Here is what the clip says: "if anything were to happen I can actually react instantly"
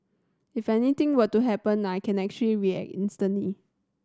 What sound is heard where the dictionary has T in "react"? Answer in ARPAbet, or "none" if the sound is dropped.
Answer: none